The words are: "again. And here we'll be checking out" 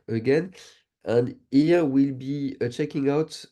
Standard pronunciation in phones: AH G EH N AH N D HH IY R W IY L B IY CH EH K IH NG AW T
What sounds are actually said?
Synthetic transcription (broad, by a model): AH G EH N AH N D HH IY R W IY L B IY CH EH K IH NG AW T